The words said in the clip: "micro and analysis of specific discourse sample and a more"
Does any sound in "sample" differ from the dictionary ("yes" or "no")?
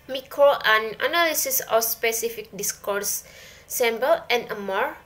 yes